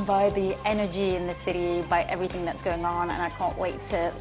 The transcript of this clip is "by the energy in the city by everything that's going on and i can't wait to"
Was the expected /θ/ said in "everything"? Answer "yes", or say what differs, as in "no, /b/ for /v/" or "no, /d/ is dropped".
yes